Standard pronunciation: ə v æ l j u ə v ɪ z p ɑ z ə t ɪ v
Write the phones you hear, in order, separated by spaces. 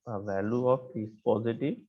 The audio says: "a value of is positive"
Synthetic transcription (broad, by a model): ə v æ l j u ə p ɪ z p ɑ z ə t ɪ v